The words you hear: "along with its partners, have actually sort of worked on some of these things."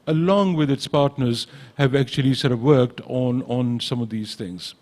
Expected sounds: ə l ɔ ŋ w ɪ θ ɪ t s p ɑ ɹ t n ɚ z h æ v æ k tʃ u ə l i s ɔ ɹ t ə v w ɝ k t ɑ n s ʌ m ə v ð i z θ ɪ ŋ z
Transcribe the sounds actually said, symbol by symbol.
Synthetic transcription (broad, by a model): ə l ɔ ŋ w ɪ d ɪ t s p ɑ ɹ t n ɚ z h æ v æ k tʃ u ə l i s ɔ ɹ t ə v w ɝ k t ɑ n s ʌ m ə v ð i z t ɪ ŋ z